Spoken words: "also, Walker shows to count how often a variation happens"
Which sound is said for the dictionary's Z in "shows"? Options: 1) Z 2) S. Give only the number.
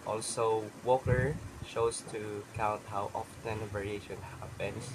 2